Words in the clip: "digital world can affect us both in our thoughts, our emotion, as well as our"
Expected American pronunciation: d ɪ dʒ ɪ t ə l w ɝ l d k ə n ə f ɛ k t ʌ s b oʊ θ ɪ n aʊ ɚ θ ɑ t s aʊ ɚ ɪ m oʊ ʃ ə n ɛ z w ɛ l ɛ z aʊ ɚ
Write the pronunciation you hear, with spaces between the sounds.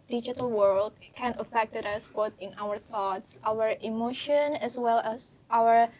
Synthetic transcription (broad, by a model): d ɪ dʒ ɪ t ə l w ɝ l d k ə n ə f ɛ k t ʌ s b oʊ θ ɪ n aʊ ɚ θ ɑ t s aʊ ɚ ɪ m oʊ ʃ ə n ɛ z w ɛ l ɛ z aʊ ɚ